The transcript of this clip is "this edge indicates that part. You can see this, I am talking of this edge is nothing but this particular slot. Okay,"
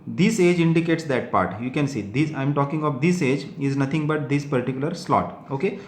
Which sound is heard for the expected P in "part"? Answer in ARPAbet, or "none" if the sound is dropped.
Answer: P